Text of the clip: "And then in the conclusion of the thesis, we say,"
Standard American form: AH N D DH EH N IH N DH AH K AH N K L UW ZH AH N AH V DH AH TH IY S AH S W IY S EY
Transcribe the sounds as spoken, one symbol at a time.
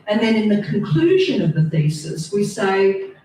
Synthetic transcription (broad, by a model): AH N DH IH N IH N DH AH K AH N K L UW ZH AH N AH V DH AH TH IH S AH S W IY S EY